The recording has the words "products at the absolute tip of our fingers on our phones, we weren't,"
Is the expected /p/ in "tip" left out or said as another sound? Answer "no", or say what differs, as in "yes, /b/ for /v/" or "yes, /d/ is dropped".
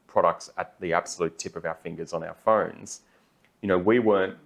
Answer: no